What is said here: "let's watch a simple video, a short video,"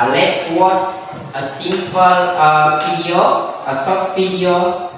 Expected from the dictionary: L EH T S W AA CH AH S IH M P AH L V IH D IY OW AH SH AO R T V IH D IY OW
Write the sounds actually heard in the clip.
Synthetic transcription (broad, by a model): L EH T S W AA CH AH S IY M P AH L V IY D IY OW AH S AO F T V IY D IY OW